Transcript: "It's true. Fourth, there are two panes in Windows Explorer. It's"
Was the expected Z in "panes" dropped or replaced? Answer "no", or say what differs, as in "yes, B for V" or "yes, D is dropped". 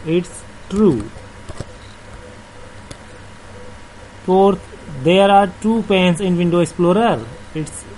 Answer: yes, S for Z